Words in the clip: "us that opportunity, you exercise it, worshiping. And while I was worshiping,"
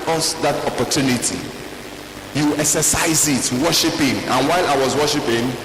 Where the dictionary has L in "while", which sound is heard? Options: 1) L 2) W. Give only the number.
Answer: 1